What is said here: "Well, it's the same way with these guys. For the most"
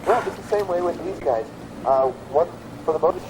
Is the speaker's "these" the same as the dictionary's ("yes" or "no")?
yes